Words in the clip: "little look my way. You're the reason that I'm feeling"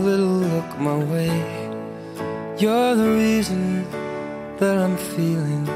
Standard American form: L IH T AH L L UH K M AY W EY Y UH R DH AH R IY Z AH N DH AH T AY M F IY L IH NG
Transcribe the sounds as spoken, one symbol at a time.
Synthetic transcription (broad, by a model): L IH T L L UH K M AY W EY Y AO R DH AH R IY Z AH N DH AH T AY M F IY L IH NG